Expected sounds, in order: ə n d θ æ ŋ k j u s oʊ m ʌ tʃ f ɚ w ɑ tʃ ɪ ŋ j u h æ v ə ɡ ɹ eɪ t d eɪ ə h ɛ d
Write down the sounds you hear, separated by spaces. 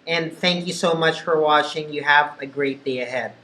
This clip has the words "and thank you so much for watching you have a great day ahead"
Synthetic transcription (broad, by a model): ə n θ æ ŋ k j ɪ s oʊ m ʌ tʃ f ɚ w ɑ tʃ ɪ ŋ j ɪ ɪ v ə ɡ ɹ eɪ t d eɪ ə h ɛ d